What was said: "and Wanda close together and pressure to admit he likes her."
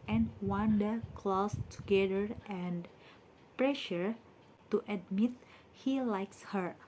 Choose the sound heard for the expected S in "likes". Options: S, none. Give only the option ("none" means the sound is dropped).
S